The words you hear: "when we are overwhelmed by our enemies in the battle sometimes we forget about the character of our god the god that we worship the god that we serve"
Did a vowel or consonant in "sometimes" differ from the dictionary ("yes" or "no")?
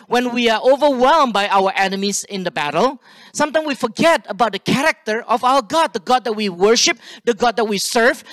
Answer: yes